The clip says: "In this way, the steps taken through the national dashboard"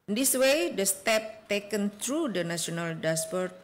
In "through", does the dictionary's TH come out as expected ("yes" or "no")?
no